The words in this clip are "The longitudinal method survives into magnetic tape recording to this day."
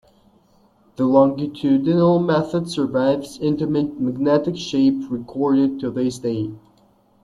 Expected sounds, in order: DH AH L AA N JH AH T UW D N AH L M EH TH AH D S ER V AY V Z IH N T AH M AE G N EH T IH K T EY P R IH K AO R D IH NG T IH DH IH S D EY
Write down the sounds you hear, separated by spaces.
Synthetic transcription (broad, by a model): DH AH L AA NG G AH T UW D N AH L M EH TH AH D S ER V AY V Z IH N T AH M AE G N EH T IH K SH EY P R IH K AO R D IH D T IH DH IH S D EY